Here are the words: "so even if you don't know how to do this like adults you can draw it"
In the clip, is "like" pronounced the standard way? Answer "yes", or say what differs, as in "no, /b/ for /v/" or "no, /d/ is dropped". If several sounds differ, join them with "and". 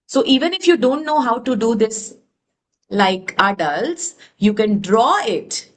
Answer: yes